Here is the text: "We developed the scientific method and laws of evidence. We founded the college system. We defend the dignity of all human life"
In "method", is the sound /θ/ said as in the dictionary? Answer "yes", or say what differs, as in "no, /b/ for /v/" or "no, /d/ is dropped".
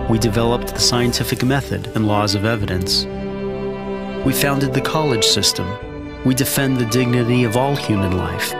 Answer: yes